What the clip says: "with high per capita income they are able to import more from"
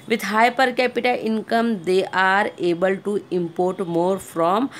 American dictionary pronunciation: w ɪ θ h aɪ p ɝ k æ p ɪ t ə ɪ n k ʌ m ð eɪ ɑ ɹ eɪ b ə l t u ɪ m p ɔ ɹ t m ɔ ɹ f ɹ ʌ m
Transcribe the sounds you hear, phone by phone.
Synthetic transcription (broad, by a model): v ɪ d h aɪ p ɝ k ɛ p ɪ t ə ɪ n k ʌ m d eɪ ɑ ɹ eɪ b ə l t u ɪ m p ɔ ɹ t m ɔ ɹ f ɹ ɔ m